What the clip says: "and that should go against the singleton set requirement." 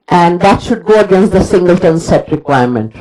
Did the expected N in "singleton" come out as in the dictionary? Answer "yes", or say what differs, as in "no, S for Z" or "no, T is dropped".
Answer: yes